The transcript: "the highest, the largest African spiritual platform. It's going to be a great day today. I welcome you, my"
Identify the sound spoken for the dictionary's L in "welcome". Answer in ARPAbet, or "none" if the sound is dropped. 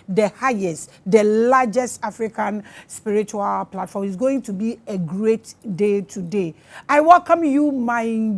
L